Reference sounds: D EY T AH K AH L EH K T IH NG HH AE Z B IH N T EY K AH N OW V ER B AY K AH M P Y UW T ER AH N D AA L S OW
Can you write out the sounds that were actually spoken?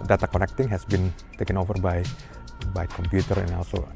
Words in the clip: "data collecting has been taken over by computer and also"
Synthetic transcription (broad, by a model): D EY T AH K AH N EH K T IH NG HH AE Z B IH N T EY K AH N OW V ER B AY K AH M P Y UW T ER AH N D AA L S OW